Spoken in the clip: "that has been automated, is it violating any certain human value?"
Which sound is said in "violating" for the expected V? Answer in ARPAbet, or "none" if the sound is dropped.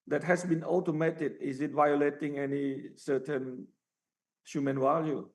V